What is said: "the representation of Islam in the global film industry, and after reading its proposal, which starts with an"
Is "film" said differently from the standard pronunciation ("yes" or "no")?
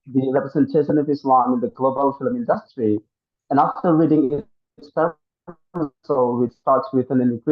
no